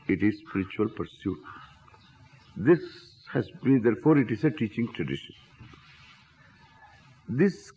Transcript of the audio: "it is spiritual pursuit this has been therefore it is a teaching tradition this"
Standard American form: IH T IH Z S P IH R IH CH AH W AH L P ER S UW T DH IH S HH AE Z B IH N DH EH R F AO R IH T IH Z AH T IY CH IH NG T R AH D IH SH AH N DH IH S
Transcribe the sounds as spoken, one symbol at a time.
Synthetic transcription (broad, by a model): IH T IH Z S P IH R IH CH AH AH L P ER S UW T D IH S HH AE Z B IH N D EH R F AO R IH T IH Z AH T IY CH IH NG T R AH D IH SH AH N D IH S